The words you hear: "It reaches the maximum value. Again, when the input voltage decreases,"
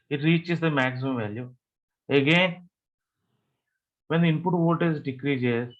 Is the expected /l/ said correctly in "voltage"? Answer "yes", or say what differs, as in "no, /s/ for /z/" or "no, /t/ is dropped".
no, /l/ is dropped